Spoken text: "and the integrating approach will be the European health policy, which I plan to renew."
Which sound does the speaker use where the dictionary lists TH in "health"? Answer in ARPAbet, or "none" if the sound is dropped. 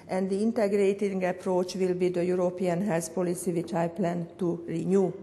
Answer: S